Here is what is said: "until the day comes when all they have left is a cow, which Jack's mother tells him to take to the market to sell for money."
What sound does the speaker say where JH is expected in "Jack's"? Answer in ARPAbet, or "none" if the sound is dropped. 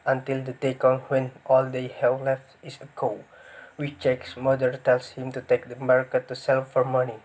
CH